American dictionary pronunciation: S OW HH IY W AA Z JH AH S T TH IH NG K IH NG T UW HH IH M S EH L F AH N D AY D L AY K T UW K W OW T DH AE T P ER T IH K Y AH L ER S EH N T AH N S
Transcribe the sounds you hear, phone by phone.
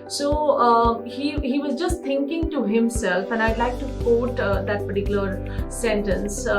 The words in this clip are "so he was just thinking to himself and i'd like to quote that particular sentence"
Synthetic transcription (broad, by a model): S OW HH IY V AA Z JH AH S T T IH NG K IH NG T UW HH IH M S EH L F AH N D AY D L AY K T UW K OW T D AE T P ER T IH K Y L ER S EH N T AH N S